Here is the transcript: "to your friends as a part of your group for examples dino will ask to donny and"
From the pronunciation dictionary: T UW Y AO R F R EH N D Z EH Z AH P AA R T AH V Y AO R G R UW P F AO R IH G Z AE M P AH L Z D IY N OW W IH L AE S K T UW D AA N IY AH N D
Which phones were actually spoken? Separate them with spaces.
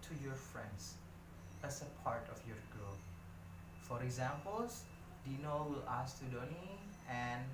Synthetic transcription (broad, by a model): T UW Y AO R F R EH N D S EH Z AH P AA R T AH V Y AO R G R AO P F AO R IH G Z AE M P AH L S D IY N OW W IH L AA S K T UW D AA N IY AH N